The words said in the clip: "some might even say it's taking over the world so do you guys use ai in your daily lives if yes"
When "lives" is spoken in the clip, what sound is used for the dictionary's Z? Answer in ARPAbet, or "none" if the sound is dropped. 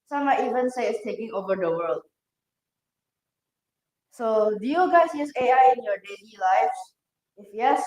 none